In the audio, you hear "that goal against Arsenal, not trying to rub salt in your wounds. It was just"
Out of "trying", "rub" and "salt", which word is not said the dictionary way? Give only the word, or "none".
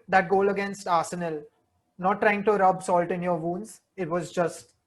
none